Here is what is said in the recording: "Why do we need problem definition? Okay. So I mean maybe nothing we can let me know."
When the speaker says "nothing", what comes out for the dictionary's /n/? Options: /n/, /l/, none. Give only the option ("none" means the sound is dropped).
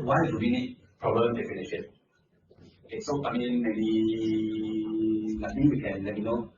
/l/